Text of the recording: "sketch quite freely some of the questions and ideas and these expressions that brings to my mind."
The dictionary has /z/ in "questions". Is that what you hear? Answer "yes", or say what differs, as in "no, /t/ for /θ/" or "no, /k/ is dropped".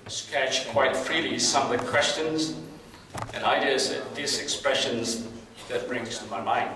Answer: yes